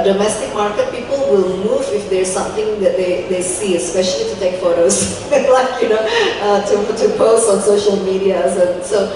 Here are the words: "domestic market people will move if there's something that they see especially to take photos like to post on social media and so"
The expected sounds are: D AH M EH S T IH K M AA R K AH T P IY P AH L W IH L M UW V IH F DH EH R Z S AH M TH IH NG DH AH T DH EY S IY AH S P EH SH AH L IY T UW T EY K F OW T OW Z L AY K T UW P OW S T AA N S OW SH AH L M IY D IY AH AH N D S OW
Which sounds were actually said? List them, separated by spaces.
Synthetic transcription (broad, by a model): D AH M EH S T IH K M AA R K AH T P IY P AH L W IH L M UW V IH F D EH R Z S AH M T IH NG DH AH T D EY S IY AH S P EH SH AH L IY T UW T EY K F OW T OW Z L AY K T UW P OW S AA N S OW SH AH L M IY D IY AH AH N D S OW